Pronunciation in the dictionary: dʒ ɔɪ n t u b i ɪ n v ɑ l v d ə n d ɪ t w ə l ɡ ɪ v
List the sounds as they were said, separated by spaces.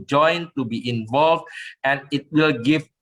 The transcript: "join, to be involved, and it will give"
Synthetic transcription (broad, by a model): dʒ ɔɪ n t u b i ɪ n v ɑ l v d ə n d ɪ t w ə l ɡ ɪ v